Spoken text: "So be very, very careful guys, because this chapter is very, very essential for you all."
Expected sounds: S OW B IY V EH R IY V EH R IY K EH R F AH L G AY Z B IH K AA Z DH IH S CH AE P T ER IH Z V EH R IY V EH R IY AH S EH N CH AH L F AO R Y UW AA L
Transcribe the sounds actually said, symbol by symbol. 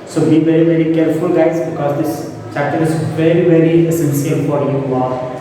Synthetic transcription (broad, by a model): S OW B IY V EH R IY V EH R IY K EH R F AH L G AY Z B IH K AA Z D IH S CH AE T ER IH Z V EH R IY V EH R IY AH S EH N S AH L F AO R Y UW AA